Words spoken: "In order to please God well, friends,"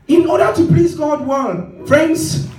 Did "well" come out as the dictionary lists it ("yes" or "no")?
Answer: no